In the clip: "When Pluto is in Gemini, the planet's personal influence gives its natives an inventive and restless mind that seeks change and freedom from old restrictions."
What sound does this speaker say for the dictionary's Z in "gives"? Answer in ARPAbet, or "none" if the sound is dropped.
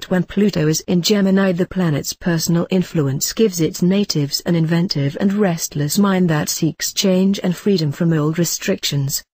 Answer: Z